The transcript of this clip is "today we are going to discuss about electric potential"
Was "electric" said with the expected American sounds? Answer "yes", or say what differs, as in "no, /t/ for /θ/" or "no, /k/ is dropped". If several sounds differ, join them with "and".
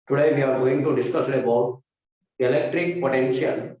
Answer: yes